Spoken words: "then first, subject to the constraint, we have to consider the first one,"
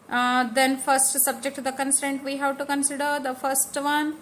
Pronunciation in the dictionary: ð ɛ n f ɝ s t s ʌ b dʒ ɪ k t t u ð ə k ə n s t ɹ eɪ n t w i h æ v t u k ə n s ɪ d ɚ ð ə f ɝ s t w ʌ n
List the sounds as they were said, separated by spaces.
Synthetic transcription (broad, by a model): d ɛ n f ɝ s t s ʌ b dʒ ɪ k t t u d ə k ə n s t eɪ n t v i h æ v t u k ə n s ɪ d ɚ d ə f ɝ s t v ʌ n